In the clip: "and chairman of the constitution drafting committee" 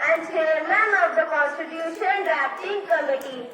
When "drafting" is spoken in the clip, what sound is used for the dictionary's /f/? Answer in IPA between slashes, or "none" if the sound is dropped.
/p/